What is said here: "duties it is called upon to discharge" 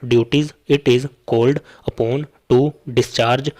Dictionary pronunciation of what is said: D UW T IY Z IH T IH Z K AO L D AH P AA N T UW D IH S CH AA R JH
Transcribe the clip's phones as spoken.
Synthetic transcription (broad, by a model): D UW T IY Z IH T IH Z K AO L D AH P AA N T UW D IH S CH AA R JH